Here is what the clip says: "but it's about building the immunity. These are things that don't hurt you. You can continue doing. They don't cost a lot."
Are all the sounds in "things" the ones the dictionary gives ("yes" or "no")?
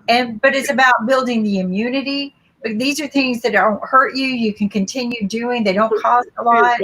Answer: yes